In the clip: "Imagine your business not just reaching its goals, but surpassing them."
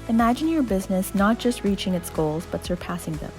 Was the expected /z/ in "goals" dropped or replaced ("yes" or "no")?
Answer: no